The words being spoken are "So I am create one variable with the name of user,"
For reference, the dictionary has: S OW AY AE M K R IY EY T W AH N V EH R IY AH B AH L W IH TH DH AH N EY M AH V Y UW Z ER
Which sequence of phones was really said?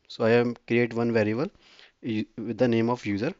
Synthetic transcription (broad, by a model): S OW AY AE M K R IY EY T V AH N V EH R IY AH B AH L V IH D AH N EY M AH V Y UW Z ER